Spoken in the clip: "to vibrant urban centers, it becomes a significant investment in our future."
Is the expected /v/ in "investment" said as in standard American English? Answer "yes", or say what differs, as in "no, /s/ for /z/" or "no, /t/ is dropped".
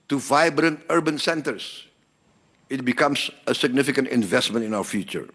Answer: yes